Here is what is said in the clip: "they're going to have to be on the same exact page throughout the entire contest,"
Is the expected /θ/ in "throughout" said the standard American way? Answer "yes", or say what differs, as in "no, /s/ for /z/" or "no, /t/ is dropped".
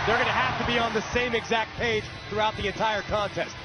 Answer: yes